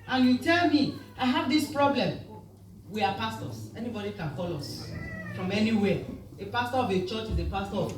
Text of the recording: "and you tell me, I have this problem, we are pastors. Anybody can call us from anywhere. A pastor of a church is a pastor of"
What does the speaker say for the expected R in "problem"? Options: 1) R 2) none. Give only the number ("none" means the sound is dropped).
1